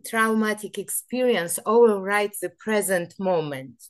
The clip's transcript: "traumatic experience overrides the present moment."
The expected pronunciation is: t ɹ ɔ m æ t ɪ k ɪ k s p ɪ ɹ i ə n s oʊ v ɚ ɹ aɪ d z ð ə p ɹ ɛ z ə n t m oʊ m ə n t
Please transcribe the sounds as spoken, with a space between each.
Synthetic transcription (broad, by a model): t ɹ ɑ m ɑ t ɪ k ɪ k s p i ɹ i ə n s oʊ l ɹ aɪ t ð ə p ɹ ɛ z ə n t m oʊ m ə n t